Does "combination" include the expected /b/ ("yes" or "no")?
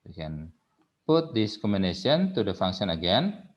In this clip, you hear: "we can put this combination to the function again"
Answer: no